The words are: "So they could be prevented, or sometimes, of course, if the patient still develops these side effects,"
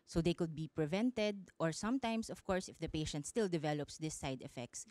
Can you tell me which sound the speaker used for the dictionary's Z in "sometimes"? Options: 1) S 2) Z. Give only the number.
1